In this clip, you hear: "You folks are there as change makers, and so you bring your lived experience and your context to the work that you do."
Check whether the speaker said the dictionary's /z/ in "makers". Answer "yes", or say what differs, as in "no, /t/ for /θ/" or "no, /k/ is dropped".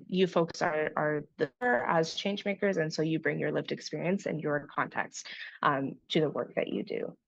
yes